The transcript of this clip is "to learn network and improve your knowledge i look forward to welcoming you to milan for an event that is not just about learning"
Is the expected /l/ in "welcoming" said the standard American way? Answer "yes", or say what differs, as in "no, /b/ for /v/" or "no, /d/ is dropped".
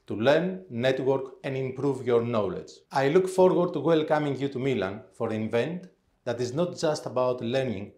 yes